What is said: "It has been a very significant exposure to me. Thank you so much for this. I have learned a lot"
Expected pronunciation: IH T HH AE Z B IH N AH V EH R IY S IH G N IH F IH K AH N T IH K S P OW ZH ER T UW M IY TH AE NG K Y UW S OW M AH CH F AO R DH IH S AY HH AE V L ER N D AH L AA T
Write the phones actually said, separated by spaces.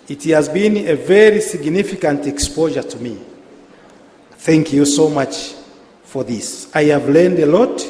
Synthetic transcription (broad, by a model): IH T HH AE Z B IH N AH V EH R IY S IH G N IH F IH K AH N T IH K S P OW ZH ER T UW M IY TH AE NG K Y UW S OW M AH CH F AO R DH IH S AY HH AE V L ER N D AH L AA T